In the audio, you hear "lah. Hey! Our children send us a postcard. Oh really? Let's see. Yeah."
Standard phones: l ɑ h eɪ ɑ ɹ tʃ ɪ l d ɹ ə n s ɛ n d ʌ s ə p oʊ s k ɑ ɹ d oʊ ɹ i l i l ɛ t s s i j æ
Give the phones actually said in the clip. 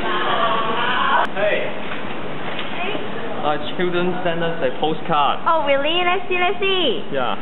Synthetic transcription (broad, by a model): h eɪ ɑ tʃ ɪ l d ɹ ə n s ɛ n d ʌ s ə p oʊ s k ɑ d oʊ w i l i n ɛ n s s i j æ